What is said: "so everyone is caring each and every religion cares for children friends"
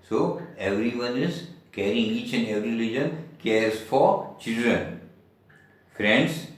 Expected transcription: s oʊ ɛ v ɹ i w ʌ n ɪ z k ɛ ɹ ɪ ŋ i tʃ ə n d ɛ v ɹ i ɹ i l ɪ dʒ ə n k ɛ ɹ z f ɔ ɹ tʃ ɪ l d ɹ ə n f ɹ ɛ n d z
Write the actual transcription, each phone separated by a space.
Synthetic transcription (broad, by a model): s oʊ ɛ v ɹ i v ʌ n ɪ z k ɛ ɹ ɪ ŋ i tʃ ə n d ɛ v ɹ i l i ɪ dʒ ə n k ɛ ɹ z f ɔ ɹ tʃ ɪ l d ɹ ə n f ɹ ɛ n d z